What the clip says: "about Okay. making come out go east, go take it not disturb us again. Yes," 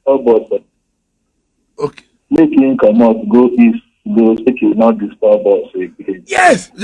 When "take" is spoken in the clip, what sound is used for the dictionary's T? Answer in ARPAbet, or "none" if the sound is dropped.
S